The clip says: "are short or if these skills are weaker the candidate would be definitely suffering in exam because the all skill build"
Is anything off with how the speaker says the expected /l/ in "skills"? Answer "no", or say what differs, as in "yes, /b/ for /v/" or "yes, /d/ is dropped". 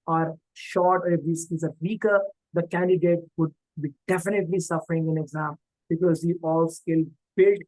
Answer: yes, /l/ is dropped